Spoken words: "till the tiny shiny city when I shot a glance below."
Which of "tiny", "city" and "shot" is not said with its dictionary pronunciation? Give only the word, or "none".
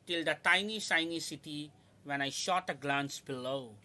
none